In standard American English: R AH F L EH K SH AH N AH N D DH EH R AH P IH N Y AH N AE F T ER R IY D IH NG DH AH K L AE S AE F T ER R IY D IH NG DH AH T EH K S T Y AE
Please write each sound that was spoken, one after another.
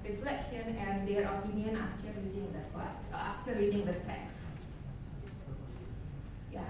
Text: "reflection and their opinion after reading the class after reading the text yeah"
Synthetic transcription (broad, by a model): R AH F L EH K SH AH N AH N D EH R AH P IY N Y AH N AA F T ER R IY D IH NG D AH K AA AA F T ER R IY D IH NG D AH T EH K S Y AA